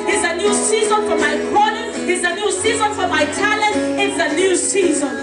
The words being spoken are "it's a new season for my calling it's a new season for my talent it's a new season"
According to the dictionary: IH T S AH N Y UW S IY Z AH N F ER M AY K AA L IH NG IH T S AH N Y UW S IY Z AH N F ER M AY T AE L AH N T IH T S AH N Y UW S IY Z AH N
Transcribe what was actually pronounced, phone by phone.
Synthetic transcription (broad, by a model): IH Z AH N Y UW S IY Z AH N F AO M AY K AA N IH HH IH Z AH N Y UW S IY Z AH N F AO M AY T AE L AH N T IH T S AH N Y UW S IY Z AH N